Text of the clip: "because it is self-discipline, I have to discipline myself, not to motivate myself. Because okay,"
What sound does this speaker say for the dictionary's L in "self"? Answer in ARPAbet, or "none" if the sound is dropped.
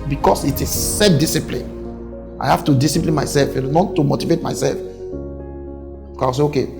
none